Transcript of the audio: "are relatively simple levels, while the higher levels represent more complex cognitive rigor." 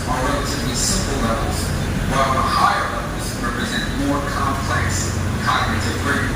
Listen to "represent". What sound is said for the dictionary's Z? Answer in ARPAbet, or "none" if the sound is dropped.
Z